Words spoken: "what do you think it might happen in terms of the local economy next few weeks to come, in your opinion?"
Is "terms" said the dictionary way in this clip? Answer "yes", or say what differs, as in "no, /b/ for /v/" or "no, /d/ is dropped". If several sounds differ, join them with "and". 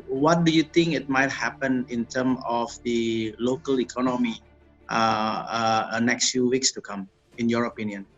no, /z/ is dropped